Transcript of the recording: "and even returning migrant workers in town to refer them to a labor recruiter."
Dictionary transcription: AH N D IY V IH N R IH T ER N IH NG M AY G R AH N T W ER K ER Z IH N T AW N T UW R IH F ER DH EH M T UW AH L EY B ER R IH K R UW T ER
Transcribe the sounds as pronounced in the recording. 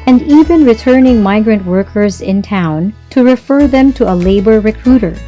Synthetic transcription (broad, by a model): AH N D IY V IH N R IH T ER N IH NG M AY G R AH N T W ER K ER Z IH N T AW N T UW R IH F ER DH EH M T UW AH L EY B ER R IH K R UW T ER